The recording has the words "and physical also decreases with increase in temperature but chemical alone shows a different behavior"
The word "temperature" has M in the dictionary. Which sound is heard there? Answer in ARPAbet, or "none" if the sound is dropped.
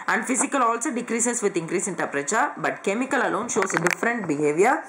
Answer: none